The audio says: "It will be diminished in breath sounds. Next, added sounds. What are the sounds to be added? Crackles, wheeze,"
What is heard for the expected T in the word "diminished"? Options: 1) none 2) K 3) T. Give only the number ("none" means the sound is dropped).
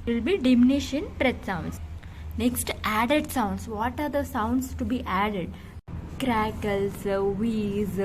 1